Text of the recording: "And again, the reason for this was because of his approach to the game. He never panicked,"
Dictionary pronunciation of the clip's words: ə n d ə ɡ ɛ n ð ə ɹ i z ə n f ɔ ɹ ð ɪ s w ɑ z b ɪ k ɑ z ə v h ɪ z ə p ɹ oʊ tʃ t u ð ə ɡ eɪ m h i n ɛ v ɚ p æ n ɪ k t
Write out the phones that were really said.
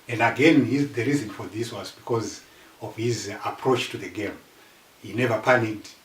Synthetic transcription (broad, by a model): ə n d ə ɡ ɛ n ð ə ɹ i z ə n f ɔ ɹ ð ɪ s w ɑ z b ɪ k ɑ z ə v h ɪ z ə p ɹ oʊ tʃ t u ð ə ɡ eɪ m h i n ɛ v ɚ p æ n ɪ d